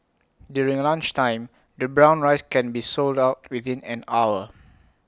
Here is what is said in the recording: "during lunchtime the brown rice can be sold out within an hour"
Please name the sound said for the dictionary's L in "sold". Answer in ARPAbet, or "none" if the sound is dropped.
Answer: L